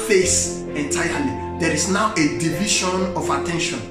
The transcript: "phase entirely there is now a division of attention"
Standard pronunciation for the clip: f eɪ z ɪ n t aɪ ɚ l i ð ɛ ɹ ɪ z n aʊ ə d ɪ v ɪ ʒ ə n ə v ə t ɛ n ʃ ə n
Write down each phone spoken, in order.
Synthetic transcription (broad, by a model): f eɪ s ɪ n t aɪ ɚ l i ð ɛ ɹ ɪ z n aʊ ə d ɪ v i ʃ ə n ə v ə t ɛ n ʃ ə n